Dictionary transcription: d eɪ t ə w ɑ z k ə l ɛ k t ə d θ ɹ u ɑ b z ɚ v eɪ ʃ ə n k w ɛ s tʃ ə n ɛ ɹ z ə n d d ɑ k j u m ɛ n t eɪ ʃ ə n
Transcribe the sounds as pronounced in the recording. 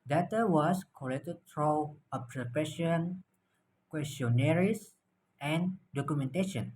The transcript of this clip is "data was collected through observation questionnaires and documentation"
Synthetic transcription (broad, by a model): d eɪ t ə w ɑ s k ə l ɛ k t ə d f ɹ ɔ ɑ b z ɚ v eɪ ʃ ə n k w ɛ s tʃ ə n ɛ ɹ s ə n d d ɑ k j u m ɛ n t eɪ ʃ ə n